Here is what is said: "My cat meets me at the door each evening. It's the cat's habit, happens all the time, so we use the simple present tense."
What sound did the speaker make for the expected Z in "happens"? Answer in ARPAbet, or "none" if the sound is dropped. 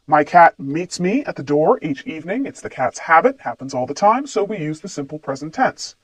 Z